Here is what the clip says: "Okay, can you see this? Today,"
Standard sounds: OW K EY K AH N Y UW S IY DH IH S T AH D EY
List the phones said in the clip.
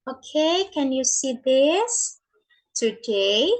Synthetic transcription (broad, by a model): OW K EY K AH N Y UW S IY DH IH S T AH D EY